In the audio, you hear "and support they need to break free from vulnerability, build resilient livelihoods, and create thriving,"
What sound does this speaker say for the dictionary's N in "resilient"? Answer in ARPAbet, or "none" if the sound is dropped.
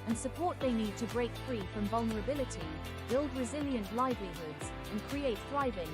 N